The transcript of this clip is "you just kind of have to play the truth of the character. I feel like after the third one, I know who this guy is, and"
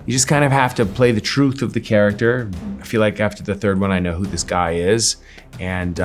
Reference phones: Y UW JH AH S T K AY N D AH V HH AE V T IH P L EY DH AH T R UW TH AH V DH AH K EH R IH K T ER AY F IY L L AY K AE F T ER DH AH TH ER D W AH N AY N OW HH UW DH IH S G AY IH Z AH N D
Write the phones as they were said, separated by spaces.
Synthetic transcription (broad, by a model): Y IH JH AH S K AY N D AH V HH AE F T IH P L EY DH AH T R UW TH AH V DH AH K EH R IH K T ER AY F IY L L AY K AE F T ER DH AH TH ER D W AH N AY N OW HH UW DH IH S G AY IH Z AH N